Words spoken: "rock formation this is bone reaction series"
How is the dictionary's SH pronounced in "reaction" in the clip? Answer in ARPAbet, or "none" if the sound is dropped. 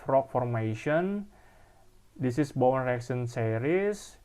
S